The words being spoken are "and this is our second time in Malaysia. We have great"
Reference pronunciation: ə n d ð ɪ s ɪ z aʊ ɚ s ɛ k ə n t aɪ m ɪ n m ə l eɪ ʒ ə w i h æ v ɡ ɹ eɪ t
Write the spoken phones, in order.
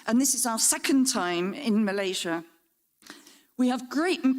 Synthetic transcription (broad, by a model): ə n ð ɪ s ɪ z aʊ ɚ s ɛ k ə n t aɪ m ɪ n m ə l eɪ ʒ ə w i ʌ v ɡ ɹ eɪ t